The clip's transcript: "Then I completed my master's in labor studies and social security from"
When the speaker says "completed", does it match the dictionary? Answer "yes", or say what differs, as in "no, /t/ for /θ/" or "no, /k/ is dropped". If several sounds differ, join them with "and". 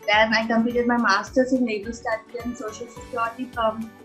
no, /l/ is dropped